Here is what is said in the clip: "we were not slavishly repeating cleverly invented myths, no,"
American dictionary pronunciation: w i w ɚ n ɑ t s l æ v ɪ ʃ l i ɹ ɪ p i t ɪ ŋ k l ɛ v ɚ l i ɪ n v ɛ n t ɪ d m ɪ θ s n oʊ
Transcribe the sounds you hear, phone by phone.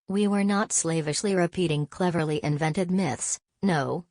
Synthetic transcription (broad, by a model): w i w ɚ n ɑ t s l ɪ v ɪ ʃ l i ɹ ɪ p i t ɪ ŋ k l ɛ v ɚ l i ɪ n v ɛ n t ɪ d m ɪ θ s n oʊ